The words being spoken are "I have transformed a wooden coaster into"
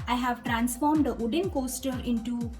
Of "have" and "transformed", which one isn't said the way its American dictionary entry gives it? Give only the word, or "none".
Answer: none